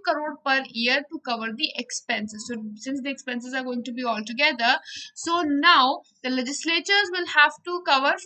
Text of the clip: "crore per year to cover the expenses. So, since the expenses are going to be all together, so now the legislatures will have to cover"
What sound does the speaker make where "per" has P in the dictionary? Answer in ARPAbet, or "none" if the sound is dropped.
P